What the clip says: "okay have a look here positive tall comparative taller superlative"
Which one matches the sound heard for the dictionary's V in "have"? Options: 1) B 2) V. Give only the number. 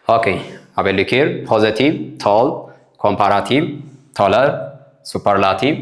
1